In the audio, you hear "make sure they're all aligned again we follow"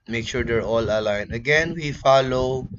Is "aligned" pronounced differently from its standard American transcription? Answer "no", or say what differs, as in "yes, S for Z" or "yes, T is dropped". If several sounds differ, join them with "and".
yes, D is dropped